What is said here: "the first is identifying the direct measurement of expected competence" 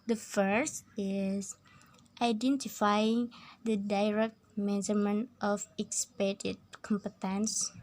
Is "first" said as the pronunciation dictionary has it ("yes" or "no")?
yes